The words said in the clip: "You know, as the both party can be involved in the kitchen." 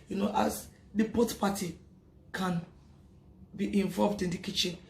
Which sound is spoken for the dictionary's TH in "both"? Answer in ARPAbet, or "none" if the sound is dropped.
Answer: T